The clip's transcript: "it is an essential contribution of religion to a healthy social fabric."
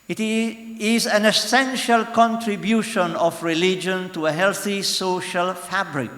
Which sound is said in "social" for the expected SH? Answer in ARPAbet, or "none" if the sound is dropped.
SH